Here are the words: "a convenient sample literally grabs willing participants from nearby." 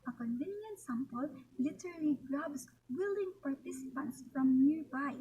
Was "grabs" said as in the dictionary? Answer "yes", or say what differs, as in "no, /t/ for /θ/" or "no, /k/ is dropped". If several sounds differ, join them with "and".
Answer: no, /s/ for /z/